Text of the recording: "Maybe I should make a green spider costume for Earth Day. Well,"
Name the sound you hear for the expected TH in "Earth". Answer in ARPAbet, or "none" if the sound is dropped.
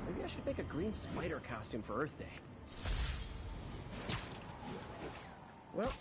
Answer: TH